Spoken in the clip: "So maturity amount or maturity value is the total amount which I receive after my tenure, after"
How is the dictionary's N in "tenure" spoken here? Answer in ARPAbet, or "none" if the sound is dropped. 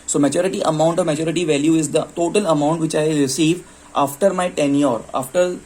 N